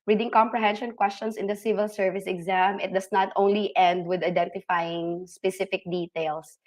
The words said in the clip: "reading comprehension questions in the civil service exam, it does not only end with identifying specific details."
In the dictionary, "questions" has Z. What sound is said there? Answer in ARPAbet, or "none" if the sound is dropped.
S